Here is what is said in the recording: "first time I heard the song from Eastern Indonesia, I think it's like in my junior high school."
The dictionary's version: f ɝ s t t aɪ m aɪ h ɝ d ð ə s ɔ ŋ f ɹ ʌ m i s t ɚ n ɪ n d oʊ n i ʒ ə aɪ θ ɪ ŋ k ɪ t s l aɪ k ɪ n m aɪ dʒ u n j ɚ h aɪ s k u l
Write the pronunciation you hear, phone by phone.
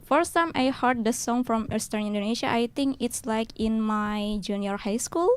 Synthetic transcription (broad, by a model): f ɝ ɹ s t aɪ m aɪ h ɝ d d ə s ɔ ŋ f ɹ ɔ m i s t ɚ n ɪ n d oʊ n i ʃ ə aɪ t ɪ ŋ k ɪ t s l aɪ k ɪ n m aɪ dʒ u n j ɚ h aɪ s k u l